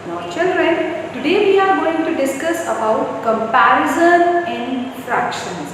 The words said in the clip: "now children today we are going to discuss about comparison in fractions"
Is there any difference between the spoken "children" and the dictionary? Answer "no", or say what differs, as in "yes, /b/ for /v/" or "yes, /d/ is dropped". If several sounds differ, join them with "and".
no